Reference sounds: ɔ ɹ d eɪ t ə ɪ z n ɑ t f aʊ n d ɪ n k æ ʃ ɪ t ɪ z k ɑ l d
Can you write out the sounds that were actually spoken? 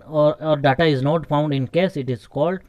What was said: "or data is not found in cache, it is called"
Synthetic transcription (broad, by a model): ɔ ɹ d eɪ t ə ɪ z n ɑ t f aʊ n d ɪ n k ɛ s ɪ t ɪ z k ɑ l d